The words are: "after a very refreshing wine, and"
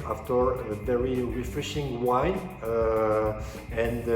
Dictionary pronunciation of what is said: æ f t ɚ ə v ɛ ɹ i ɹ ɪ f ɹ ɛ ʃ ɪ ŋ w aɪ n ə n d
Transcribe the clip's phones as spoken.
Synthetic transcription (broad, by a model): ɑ f t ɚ ə v ɛ ɹ i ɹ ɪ f ɹ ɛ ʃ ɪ ŋ w aɪ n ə n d